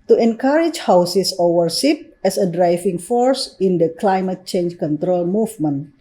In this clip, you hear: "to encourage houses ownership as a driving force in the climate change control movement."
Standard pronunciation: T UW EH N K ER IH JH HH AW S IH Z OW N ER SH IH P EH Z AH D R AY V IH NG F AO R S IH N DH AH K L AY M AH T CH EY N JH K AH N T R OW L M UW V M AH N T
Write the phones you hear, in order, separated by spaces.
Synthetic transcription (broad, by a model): T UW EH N K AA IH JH HH AW S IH S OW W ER S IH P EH S AH D R AY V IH NG F AO R S IH N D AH K L AY M AH T CH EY N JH K AH N T R OW L M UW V M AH N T